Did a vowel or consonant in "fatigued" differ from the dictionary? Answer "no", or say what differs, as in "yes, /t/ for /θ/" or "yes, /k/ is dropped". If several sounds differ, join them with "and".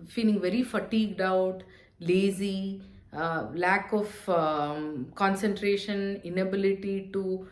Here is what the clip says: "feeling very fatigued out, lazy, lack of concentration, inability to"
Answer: no